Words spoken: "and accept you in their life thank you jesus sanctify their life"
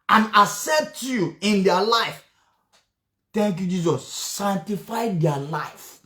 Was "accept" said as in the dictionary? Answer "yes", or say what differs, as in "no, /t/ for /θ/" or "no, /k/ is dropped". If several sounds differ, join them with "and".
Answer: no, /k/ is dropped and /p/ is dropped